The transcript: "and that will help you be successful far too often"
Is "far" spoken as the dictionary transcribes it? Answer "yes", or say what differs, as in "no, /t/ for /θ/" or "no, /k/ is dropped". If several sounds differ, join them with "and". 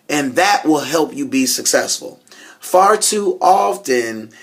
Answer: yes